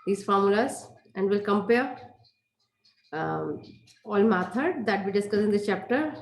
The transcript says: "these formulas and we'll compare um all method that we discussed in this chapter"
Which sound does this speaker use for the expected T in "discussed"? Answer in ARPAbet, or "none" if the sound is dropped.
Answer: none